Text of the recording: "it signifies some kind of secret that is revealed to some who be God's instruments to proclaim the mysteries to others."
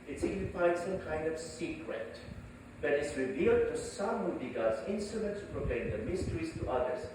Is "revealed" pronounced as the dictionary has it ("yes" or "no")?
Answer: yes